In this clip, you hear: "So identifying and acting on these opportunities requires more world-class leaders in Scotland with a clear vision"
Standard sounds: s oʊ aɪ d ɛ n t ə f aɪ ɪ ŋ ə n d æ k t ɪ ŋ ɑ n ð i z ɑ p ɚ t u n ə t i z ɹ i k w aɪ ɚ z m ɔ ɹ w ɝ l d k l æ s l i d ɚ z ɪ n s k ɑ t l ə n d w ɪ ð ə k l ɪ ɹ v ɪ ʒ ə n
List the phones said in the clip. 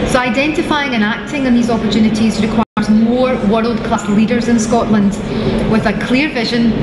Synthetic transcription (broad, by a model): s oʊ aɪ d ɛ n t ə f aɪ ɪ ŋ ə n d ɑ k t ɪ ŋ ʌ n ð i z ɑ p ɚ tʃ u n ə t i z ɹ i k w aɪ ɚ z m ɔ ɹ w ɝ l d k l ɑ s l i d ɚ z ɪ n s k ɑ t l ə n d w ɪ ð ə k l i ɹ v ɪ ʒ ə n